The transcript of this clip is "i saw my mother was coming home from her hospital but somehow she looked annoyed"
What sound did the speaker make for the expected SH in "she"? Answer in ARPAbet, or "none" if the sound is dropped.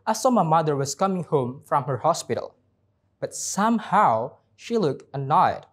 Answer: SH